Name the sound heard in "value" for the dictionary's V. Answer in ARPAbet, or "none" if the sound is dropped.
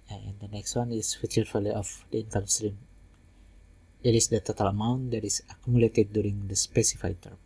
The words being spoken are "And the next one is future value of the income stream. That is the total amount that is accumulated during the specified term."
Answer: F